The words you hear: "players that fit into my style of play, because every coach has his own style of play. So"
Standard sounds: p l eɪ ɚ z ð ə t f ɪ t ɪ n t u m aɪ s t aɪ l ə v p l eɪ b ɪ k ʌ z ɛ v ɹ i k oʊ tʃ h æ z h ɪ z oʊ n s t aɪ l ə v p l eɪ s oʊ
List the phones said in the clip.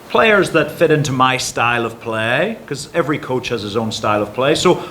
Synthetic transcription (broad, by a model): p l eɪ ɚ z ð ə t f ɪ t ɪ n t u m aɪ s t aɪ l ə v p l eɪ ɪ k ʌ z ɛ v ɹ i k oʊ tʃ h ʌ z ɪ z oʊ n s t aɪ l ə v p l eɪ s oʊ